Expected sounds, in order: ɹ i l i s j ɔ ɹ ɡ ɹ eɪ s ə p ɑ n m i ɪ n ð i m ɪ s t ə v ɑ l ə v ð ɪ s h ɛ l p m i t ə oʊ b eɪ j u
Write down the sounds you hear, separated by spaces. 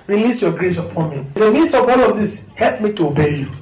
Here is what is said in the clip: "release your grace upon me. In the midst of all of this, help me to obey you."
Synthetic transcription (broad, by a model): ɹ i l i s j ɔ ɡ ɹ eɪ s ə p ɑ n m i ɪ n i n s ə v ɑ l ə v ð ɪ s h ɛ l p m i t ə oʊ b eɪ j u